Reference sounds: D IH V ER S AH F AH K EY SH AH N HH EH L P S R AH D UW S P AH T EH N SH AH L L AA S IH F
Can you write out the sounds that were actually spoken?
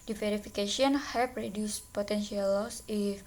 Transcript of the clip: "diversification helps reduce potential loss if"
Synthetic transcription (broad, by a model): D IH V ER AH F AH K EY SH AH N HH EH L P R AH D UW S P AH T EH N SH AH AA L AA S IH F